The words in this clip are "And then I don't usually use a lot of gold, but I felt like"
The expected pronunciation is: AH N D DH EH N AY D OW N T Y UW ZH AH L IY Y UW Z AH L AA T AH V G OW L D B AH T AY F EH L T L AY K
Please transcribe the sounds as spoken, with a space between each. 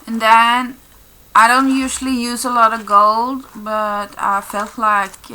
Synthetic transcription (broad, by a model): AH N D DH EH N AY D OW N T Y UW ZH AH L IY Y UW Z AH L AA T AH V G OW L D B AH T AY F EH L T L AY K